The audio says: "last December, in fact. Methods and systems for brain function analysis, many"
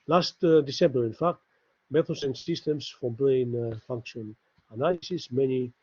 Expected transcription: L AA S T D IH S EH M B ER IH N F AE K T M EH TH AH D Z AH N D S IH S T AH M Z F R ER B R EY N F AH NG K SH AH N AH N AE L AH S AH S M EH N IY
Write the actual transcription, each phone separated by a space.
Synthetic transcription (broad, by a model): L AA S T D IH S EH M B ER IH N F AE K T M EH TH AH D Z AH N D S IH S T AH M S F R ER B R EY N F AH NG K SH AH N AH N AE L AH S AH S M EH N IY